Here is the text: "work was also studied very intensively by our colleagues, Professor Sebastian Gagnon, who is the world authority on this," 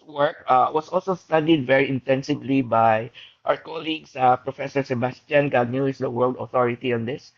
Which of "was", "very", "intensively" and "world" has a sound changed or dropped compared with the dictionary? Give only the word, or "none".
was